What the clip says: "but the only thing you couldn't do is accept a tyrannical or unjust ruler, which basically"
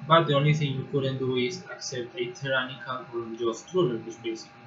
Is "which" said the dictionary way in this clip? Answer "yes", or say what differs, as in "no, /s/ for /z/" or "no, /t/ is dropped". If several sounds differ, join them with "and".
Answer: no, /s/ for /tʃ/